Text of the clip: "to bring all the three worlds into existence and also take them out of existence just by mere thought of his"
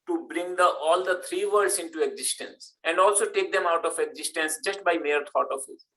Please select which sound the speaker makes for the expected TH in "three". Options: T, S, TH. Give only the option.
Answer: T